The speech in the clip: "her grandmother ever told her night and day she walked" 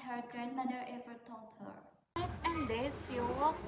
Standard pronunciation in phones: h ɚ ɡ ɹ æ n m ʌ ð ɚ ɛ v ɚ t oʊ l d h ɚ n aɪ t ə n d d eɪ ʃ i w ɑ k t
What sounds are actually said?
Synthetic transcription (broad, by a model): h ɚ ɡ ɹ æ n m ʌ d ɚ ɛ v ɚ t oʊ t h ɚ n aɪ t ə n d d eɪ s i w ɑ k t